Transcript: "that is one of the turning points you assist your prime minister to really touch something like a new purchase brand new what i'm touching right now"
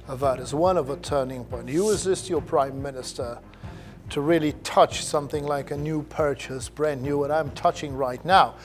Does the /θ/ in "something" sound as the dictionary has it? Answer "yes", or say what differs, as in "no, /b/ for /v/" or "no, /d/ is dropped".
yes